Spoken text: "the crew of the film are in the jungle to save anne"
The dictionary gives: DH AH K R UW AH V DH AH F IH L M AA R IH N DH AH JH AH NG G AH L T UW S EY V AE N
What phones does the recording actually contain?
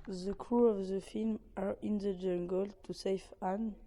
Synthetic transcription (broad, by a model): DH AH K R UW AH V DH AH F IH L M AA R IH N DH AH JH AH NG G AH L T UW S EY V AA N